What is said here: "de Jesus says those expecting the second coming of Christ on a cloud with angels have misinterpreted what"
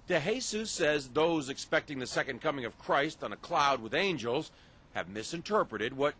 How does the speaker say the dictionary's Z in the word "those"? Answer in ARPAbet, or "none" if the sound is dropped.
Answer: Z